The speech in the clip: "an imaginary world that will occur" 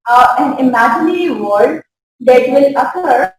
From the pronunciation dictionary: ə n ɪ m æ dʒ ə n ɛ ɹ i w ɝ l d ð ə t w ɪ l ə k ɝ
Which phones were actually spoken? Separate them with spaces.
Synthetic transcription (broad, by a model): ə n ɪ m æ dʒ ə n ɛ ɹ i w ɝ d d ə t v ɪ l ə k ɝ